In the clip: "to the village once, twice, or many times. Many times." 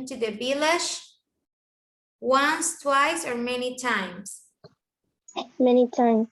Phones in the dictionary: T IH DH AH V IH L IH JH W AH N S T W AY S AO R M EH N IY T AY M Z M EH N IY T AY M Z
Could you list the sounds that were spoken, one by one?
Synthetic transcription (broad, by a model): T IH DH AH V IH L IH SH W AH N S T W AY S AO R M EH N IY T AY M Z M EH N IY T AY M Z